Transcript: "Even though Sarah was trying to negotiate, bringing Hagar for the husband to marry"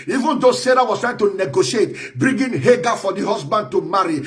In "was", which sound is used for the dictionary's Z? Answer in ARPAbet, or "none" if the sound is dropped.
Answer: S